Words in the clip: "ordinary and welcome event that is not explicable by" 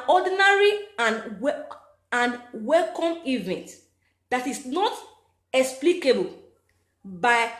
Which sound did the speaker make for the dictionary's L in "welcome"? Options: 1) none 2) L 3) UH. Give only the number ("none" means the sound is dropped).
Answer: 2